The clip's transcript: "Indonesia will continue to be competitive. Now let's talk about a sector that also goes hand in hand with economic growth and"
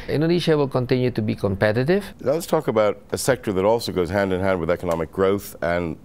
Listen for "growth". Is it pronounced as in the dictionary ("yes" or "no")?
yes